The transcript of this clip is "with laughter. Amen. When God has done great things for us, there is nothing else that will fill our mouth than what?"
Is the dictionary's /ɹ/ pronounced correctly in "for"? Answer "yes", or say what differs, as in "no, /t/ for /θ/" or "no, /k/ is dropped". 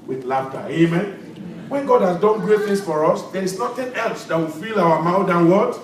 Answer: yes